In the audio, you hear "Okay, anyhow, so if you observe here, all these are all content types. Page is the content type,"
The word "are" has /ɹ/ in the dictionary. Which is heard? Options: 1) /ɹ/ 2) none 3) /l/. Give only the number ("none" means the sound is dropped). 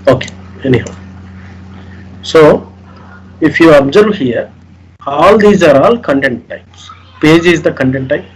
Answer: 1